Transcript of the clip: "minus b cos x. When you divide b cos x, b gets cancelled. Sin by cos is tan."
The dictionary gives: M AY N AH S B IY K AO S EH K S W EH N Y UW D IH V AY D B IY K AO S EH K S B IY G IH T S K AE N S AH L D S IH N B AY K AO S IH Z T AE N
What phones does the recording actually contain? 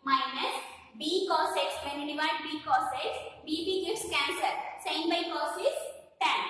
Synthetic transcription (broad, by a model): M AY N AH S B IY K AO S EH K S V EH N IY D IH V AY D B IY K AO S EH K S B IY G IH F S K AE N S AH D S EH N B AY K AO S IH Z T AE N